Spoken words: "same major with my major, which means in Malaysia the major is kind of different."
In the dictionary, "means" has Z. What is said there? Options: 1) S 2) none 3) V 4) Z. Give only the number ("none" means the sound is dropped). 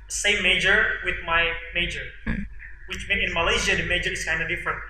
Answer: 2